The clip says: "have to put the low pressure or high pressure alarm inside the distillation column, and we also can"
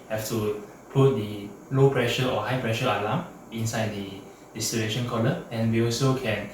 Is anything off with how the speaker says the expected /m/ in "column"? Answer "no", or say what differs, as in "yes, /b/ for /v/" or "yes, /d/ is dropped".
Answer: yes, /m/ is dropped